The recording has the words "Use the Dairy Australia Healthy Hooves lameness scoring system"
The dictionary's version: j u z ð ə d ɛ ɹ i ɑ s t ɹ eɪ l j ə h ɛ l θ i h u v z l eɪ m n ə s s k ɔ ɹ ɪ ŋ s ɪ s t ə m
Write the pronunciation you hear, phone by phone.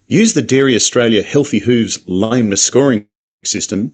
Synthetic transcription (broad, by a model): j u z ð ə d ɛ ɹ i ɑ s t ɹ eɪ l j ə h ɛ l θ i h u v z l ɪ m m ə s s k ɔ ɹ ɪ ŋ s ɪ s t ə m